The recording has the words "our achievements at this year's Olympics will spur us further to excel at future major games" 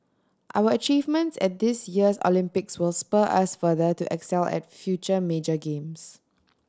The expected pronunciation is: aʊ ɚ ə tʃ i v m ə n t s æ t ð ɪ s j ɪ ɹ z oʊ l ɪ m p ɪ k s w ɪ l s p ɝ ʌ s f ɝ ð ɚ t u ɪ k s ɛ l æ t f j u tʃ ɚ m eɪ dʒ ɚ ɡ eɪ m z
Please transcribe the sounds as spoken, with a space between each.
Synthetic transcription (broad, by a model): aʊ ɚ ə tʃ i v m ə n t s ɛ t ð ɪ s j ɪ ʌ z oʊ l ɪ m p ɪ k s w ɪ l s p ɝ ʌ s f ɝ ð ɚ t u ɪ k s ɛ l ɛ t f j u tʃ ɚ m eɪ dʒ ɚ ɡ eɪ m s